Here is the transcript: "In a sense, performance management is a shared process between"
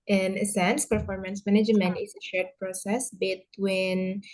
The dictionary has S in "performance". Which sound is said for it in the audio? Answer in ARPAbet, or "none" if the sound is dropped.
S